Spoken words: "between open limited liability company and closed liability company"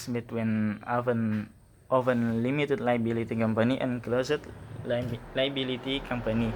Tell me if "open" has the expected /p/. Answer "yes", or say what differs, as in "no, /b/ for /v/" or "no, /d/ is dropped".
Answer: no, /f/ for /p/